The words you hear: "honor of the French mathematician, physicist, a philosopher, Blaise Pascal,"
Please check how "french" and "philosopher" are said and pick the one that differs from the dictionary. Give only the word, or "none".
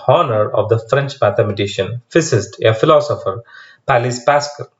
none